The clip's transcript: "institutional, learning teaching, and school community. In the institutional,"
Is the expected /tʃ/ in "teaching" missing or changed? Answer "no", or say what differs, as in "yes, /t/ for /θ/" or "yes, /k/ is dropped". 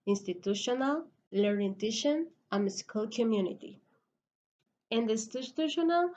yes, /ʃ/ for /tʃ/